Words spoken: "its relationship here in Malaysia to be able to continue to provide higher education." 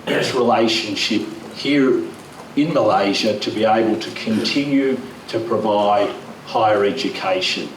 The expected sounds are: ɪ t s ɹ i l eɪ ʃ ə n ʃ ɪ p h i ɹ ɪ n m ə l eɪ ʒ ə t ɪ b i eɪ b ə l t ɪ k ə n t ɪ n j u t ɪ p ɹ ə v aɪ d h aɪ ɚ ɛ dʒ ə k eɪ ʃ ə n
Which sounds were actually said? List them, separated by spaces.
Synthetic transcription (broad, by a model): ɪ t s ɹ i l eɪ ʃ ə n ʃ ɪ p h i ɹ ɪ n m ə l eɪ ʒ ə t ɪ b i eɪ b ə l t ɪ k ə n t ɪ n j u t ɪ p ɹ ə v aɪ d h aɪ ɚ ɛ dʒ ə k eɪ ʃ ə n